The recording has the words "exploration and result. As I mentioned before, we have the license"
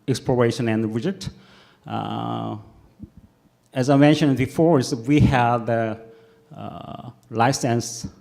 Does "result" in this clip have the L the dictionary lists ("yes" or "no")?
no